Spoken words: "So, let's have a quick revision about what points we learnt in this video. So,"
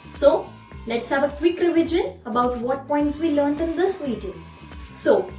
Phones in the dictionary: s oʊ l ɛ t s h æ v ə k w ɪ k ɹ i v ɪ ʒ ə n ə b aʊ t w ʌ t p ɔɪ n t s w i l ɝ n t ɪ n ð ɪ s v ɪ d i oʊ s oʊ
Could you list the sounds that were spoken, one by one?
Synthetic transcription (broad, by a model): s oʊ l ɛ t s h æ v ə k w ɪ k ɹ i v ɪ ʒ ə n ə b aʊ t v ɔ t p ɔɪ n t s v i l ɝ n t ɪ n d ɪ s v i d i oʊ s oʊ